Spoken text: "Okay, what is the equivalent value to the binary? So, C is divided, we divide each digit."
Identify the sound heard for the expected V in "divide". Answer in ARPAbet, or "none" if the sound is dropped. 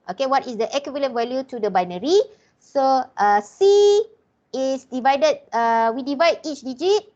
V